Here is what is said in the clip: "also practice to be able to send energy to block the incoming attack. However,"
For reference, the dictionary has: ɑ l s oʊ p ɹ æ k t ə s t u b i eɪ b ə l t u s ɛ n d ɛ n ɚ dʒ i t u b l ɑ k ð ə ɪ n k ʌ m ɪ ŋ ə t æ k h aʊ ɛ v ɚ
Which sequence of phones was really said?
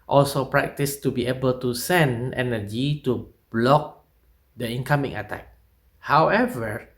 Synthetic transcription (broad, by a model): ɑ l s oʊ p ɹ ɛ k t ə s t u b i eɪ b ə l t u s ɛ n d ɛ n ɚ dʒ i t u b l ɑ k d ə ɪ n k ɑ m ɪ ŋ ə t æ k h aʊ ɛ v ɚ